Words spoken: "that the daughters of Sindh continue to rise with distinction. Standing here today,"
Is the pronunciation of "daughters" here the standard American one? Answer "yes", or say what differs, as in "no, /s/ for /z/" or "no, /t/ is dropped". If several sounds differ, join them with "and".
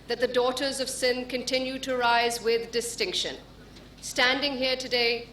yes